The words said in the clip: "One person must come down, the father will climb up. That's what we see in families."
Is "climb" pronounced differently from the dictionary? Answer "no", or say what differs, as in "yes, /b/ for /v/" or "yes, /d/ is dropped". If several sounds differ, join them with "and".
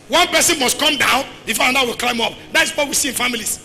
no